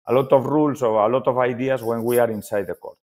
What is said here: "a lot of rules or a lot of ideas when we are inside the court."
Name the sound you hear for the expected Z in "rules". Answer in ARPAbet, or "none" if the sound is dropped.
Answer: S